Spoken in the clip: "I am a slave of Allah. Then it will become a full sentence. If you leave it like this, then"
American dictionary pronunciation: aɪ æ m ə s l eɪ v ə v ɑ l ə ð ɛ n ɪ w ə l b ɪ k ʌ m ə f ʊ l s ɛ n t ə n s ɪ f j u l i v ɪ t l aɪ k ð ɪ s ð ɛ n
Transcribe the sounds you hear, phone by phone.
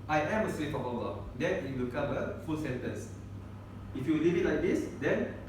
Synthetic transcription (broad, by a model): aɪ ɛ m ə s w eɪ f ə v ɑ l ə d ɛ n ɪ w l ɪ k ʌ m ə f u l s ɛ n t ə n s ɪ f j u l i v ɪ t l aɪ k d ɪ s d ɛ n